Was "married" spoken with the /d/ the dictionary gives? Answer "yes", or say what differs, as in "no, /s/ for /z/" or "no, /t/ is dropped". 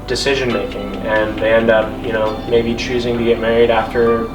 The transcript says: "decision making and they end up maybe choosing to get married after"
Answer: yes